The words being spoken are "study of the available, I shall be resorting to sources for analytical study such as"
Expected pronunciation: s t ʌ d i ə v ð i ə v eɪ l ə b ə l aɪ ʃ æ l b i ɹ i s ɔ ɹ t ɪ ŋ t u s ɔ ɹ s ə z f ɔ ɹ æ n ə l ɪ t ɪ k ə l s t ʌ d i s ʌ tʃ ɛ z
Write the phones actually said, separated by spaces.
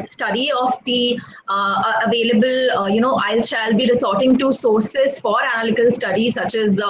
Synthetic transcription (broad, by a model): s t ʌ d i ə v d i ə v eɪ l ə b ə l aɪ ʃ æ l b i ɹ i s ɔ ɹ t ɪ ŋ t u s ɔ ɹ s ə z f ɔ ɹ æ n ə l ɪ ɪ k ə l s t ʌ d i s ʌ tʃ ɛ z